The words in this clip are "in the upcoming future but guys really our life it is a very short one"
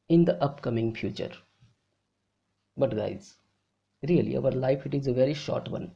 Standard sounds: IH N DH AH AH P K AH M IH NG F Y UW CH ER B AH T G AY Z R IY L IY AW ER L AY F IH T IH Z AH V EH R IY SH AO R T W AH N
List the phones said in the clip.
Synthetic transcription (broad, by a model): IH N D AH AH P K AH M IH NG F Y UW CH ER B AH T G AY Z R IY L IY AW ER L AY F IH T IH Z AH V EH R IY SH AO R T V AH N